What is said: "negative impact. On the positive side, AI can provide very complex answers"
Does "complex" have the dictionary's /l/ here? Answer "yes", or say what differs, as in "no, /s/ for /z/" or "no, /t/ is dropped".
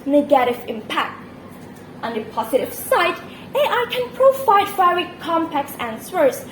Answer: no, /l/ is dropped